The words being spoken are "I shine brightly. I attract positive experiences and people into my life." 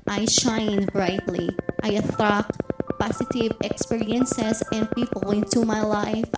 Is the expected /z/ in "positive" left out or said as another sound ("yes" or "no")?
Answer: yes